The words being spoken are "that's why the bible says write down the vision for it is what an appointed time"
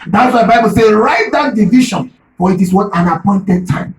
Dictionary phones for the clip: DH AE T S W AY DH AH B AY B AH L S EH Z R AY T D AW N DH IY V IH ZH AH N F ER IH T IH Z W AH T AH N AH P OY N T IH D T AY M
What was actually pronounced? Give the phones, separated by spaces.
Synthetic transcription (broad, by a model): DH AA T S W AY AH B AY B AH L S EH R AY T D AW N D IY V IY SH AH N F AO IH T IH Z W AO T AH N AH P OY N T IH D T AY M